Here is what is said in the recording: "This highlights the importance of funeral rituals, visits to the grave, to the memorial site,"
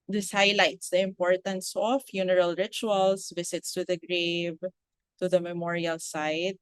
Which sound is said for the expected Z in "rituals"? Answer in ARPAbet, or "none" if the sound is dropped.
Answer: S